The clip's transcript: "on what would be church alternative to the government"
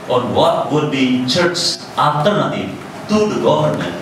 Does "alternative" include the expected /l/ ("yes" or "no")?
no